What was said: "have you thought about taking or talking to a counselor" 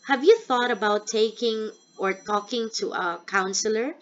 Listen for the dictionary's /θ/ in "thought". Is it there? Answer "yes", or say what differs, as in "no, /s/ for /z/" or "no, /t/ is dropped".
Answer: yes